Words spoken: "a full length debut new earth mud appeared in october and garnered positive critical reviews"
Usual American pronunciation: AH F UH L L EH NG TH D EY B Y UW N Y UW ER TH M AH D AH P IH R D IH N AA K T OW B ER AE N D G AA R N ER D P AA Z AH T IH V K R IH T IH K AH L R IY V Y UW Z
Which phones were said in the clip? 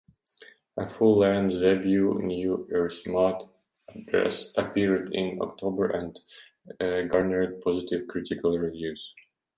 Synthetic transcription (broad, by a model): AH F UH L L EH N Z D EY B Y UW N Y UW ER S M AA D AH P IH R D IH N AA K T OW B ER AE N D G AA R N ER D P AA Z AH T IH V K R IH T IH K AH L R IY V Y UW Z